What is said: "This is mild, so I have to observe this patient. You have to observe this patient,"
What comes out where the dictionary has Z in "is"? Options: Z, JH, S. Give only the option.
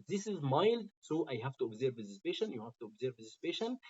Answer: Z